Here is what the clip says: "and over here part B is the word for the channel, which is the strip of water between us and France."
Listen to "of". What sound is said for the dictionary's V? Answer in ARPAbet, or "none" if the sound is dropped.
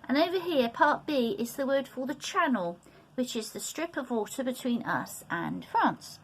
V